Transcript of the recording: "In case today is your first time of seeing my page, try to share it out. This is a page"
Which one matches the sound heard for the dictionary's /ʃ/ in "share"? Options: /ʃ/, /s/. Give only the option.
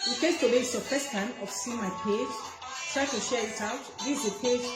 /ʃ/